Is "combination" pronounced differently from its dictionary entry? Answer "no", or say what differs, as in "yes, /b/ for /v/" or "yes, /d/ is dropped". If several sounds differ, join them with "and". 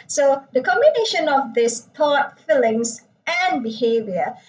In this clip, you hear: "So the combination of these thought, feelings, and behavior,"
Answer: no